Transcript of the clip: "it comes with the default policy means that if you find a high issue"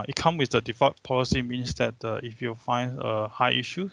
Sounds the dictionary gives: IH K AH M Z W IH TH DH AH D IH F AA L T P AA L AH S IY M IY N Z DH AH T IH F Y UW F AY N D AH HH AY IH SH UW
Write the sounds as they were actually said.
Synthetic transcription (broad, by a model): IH K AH M W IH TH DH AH D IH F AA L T P AA L AH S IY M IY N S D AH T IH F Y UW F AY N D AH HH AY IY SH UW